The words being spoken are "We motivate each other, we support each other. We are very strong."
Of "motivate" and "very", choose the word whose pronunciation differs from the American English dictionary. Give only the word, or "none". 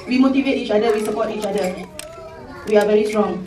none